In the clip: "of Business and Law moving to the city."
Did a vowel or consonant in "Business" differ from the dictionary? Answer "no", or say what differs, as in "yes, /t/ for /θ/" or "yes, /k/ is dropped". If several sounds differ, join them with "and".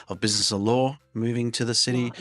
no